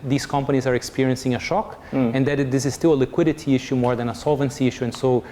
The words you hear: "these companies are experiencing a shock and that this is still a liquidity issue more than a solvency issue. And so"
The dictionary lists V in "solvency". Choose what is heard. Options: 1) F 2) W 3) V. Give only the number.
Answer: 3